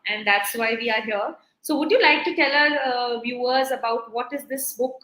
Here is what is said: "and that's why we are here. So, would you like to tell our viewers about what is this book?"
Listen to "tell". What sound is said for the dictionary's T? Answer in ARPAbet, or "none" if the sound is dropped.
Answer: T